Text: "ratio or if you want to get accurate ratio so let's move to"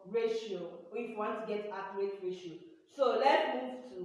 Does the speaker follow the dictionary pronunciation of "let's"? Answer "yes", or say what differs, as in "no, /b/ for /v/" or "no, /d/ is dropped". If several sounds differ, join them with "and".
no, /s/ is dropped